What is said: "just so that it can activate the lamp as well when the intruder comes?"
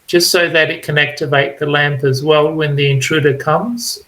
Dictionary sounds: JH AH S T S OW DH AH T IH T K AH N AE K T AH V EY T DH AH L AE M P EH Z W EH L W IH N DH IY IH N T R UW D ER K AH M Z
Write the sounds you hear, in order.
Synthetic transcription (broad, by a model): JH AH S T S OW DH AH T IH T K AH N AE K T AH V EY T DH AH L AE M P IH Z W EH L W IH N DH IY IH N T R UW D ER K AH M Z